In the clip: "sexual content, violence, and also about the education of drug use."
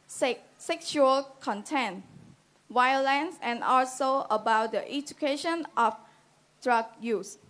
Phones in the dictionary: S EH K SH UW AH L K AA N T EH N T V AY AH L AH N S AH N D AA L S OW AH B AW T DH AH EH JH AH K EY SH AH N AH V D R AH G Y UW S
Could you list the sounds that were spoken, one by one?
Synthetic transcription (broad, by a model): S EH K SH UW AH L K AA N T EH N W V AY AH L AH N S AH N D AA L S OW AH B AW T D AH EH JH AH K EY SH AH N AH F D R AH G Y UW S